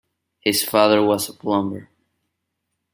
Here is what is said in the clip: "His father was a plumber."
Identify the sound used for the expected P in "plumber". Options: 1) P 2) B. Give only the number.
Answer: 2